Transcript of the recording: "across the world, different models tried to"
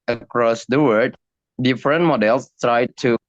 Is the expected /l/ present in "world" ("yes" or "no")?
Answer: no